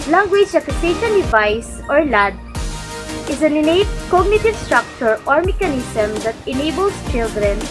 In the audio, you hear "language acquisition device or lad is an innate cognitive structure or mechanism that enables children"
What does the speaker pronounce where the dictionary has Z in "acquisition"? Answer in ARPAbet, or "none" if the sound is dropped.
S